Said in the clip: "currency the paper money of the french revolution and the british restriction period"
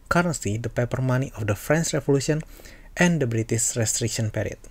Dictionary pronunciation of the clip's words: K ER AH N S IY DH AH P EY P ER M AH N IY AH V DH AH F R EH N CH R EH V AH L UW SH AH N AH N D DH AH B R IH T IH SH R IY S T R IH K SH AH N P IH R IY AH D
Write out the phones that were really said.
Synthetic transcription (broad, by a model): K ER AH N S IY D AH P EY P ER M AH N IY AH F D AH F R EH N S R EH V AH L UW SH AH N AH N D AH B R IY T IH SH R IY S T R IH K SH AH N P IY R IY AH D